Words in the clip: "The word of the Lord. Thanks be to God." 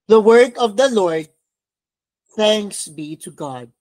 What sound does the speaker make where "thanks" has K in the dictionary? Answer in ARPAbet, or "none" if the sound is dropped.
K